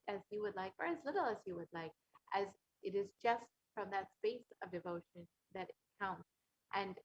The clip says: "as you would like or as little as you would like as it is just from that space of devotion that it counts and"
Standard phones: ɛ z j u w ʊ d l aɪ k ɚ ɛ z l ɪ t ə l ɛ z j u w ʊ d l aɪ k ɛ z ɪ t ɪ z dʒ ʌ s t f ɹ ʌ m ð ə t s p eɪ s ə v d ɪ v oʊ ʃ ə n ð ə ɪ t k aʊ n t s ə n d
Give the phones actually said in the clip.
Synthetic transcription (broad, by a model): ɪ z j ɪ w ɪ d l aɪ k ɚ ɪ z l ɪ t l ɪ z j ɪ w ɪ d l aɪ k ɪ z ɪ t ɪ z dʒ ʌ s t f ɹ ʌ m ð ə t s p eɪ s ə v d ɪ v oʊ ʃ ə n ð ɪ t k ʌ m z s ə n